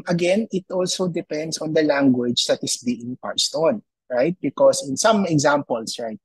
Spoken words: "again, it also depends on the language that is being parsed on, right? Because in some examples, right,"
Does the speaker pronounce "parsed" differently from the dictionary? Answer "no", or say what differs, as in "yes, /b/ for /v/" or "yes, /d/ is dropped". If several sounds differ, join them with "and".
no